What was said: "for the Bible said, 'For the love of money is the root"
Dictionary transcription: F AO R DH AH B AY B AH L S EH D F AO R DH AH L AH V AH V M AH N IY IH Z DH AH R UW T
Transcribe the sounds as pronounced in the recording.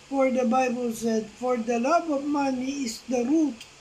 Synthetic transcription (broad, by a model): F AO R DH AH B AY B AH L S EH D F AO R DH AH L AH B AH V M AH N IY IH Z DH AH R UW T